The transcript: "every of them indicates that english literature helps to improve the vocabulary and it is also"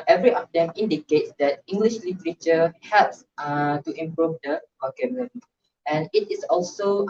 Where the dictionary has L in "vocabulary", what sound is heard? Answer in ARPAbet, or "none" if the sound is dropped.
N